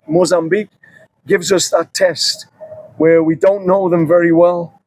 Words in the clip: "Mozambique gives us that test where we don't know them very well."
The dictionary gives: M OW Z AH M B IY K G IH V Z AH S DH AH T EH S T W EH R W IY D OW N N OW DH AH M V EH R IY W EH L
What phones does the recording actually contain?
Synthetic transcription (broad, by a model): M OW Z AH M B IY K G IH V Z AH S DH AH T EH S T W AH R W IY D OW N N OW DH AH M V EH R IY W EH L